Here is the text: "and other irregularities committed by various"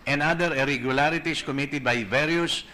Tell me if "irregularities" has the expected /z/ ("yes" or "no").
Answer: no